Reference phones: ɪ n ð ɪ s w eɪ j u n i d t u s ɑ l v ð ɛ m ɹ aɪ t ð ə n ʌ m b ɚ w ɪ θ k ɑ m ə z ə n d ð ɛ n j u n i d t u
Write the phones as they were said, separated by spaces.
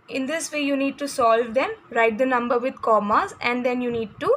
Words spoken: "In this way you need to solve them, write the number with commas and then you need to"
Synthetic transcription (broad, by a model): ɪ n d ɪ s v eɪ j u n i d t u s ɑ l v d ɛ m ɹ aɪ t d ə n ʌ m b ɚ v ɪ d k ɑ m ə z ə n d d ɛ n j u n i d t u